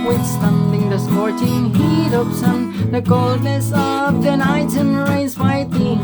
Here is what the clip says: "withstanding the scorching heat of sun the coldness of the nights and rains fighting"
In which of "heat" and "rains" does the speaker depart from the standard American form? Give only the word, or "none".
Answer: rains